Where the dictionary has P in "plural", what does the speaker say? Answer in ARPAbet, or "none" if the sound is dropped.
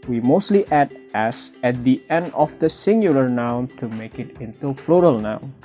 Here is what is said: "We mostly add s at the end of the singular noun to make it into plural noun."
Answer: F